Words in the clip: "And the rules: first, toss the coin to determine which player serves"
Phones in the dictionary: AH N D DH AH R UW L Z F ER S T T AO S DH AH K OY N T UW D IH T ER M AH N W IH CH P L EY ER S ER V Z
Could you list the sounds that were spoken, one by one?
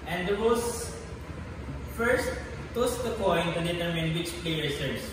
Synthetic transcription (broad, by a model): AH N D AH W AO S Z F ER S T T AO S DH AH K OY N T UW D IH T ER M AH N W IH CH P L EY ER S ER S